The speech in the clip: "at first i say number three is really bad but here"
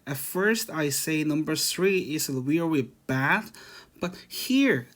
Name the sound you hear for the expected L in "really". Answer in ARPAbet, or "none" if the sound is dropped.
W